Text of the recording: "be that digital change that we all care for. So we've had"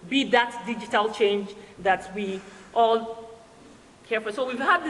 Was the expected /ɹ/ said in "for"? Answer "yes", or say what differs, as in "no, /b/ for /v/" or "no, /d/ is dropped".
no, /l/ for /ɹ/